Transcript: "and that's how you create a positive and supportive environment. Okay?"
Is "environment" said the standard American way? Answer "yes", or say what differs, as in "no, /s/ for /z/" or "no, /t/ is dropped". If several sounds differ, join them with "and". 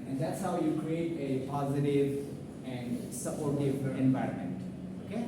yes